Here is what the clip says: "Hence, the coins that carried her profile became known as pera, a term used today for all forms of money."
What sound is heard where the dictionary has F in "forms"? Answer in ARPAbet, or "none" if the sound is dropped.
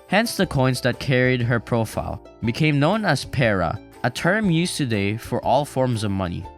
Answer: F